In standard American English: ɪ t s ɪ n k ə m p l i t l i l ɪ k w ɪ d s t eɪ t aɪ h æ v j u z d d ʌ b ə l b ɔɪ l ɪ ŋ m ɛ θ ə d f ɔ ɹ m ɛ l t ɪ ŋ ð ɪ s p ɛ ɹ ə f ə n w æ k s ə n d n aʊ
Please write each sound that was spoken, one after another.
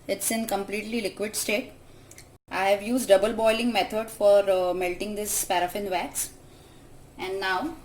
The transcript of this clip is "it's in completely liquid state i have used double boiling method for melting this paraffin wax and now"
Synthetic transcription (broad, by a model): ɪ t s ɪ n k ə m p l i t l i l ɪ k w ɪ d s t eɪ t aɪ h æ v j u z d d ʌ b ə l b ɔɪ l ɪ ŋ m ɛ t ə d f ɔ ɹ m ɛ l t ɪ ŋ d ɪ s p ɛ ɹ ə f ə n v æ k s ə n d n aʊ